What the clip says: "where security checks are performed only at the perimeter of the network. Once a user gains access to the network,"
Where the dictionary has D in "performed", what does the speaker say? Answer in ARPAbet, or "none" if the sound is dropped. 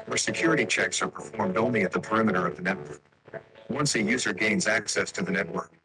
D